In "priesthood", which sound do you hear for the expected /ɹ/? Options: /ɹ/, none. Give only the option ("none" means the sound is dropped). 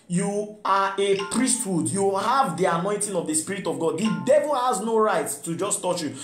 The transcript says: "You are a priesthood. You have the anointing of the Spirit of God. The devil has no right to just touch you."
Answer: /ɹ/